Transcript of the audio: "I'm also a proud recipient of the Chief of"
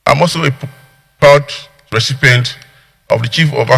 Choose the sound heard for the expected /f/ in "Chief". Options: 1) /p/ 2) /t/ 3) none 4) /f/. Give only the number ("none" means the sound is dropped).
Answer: 4